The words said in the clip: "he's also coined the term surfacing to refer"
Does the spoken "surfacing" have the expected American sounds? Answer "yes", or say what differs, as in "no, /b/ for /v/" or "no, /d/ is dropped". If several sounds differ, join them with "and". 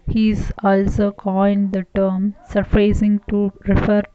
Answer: no, /p/ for /f/